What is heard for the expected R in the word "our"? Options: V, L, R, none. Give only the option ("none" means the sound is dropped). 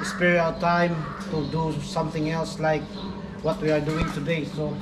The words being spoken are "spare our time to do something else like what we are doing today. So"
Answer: L